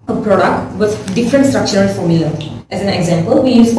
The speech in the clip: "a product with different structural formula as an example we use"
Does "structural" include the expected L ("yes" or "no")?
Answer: no